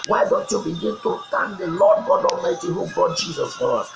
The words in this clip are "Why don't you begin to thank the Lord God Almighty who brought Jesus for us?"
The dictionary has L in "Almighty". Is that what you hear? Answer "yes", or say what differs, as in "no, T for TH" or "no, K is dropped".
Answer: no, L is dropped